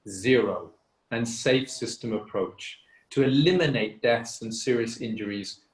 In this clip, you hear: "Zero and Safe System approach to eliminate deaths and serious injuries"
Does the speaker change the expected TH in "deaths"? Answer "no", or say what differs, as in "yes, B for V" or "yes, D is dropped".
no